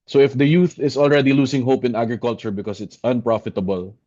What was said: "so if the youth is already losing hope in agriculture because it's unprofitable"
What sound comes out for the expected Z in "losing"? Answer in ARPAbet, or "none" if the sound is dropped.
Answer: S